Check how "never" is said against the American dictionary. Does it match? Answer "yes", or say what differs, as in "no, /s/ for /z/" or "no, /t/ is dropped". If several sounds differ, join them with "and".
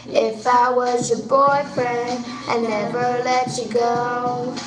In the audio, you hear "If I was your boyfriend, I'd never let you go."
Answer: yes